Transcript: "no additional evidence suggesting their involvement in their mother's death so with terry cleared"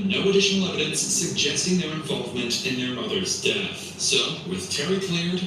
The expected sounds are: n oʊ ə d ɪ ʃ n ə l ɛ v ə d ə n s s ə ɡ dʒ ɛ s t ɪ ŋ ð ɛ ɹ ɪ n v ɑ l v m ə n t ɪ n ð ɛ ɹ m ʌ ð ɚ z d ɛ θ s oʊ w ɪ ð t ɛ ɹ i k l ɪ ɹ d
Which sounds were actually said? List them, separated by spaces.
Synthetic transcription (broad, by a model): n oʊ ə d ɪ ʃ n l ɛ v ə d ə n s s ə ɡ dʒ ɛ s t ɪ ŋ ð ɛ ɹ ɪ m v ɑ l v m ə n t ɪ n ð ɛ ɹ m ʌ ð ɚ z d ɛ θ s oʊ w ɪ ð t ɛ ɹ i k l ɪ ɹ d